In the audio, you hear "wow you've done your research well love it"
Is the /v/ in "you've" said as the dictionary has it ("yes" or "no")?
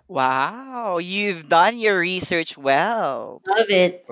yes